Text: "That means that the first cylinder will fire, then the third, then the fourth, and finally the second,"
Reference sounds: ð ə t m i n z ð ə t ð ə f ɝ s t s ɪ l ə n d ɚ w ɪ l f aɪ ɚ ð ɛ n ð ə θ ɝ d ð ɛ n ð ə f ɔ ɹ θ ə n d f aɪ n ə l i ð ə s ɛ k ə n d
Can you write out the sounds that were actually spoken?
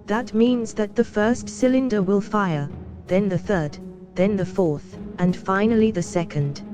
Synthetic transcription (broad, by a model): ð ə t m i n z ð ə t ð ə f ɝ s t s ɪ l ə n d ɚ w ɪ l f aɪ ɚ ð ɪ n ð ə θ ɝ d ð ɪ n ð ə f ɔ ɹ θ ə n f aɪ n l i ð ə s ɛ k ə n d